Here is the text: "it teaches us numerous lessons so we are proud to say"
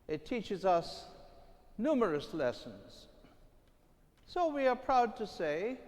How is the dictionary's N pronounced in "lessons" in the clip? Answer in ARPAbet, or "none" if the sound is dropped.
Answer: N